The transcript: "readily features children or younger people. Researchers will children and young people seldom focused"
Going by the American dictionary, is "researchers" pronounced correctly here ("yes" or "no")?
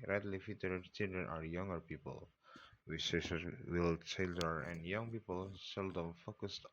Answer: no